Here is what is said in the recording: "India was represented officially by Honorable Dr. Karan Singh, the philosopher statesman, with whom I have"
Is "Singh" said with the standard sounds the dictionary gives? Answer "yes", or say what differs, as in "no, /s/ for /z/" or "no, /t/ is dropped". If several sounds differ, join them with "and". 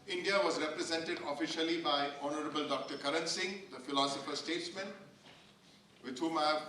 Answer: yes